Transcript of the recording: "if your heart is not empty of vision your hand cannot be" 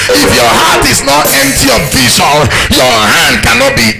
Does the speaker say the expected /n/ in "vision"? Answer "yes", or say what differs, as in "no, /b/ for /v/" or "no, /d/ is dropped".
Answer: no, /l/ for /n/